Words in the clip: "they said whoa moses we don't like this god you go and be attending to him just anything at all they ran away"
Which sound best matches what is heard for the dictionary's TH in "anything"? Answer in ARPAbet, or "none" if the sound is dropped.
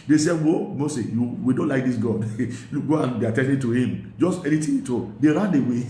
T